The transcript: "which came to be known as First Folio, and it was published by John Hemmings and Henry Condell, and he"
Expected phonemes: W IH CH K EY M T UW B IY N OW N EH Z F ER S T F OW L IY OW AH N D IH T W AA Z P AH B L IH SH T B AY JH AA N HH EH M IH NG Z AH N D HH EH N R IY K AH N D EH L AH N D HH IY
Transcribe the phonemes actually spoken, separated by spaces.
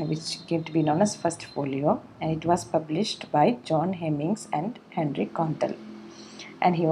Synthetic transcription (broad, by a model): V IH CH K EY M T UW B IY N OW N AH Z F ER S T F OW L IY OW AH N D IH T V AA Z P AH B L IH SH T B AY JH AA N HH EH M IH NG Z AH N D HH EH N R IY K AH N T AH L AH N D HH IY